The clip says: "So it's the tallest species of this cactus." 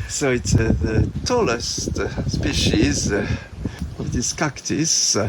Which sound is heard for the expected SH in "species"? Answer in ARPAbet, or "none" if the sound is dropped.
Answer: SH